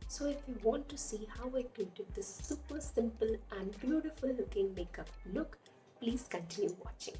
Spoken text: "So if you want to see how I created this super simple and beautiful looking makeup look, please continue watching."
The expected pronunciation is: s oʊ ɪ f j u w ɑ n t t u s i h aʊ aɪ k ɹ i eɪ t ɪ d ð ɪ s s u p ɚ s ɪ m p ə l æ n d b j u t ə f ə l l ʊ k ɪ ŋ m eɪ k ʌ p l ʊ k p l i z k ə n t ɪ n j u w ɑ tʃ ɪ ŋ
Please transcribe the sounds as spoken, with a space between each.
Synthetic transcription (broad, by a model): s oʊ ɪ f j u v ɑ n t t u s i h aʊ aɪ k i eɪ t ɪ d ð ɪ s s u p ɚ s ɪ m p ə l æ n d b j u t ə f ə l l ʊ k ɪ ŋ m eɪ k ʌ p l ʊ k p l i z k ə n t ɪ n j u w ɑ tʃ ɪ ŋ